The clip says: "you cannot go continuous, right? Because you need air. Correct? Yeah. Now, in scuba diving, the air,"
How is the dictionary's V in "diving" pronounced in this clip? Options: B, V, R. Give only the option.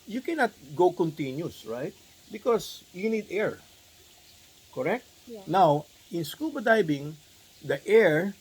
B